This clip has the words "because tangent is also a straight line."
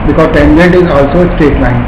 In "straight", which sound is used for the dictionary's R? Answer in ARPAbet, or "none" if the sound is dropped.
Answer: none